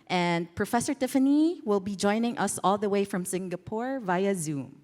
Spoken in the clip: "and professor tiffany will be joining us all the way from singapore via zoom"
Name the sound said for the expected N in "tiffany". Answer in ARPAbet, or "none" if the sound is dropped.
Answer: N